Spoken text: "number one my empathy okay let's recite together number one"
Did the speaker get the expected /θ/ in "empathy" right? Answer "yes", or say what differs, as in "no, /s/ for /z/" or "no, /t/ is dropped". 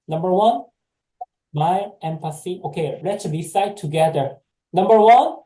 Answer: no, /s/ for /θ/